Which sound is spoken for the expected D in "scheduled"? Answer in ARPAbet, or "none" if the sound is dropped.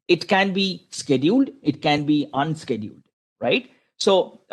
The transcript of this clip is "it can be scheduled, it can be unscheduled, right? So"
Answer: D